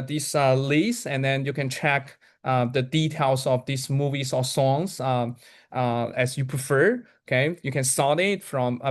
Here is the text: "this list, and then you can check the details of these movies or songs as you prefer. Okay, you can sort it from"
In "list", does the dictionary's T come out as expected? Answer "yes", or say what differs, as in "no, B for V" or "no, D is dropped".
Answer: no, T is dropped